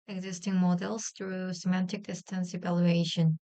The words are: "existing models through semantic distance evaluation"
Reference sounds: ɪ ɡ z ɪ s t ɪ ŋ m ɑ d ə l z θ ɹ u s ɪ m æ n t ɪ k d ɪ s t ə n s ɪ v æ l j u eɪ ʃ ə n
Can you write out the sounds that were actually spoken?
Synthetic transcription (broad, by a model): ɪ ɡ z ɪ s t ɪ ŋ m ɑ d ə l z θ ɹ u s ɪ m æ n t ɪ k d ɪ s t ə n s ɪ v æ l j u eɪ ʃ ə n